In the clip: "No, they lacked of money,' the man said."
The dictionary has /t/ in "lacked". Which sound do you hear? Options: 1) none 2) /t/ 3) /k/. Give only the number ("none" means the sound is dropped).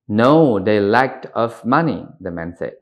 2